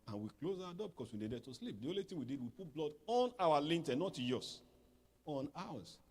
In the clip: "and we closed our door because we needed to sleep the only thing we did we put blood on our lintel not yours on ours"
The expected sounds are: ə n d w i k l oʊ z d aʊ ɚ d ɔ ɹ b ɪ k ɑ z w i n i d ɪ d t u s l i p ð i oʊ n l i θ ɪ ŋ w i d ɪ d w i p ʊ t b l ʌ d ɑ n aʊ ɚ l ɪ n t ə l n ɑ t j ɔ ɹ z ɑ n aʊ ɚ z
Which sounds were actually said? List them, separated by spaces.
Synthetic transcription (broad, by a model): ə n w i k l oʊ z aʊ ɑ d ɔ b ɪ k ɑ s w i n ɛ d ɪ t u s l i p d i oʊ n l i t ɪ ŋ w i d ɪ d w i p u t b l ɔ d ɑ n aʊ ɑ l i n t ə n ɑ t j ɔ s ɑ n aʊ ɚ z